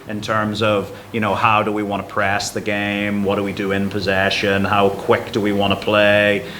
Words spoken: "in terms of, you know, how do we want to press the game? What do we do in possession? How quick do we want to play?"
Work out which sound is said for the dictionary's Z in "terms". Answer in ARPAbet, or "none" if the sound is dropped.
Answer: Z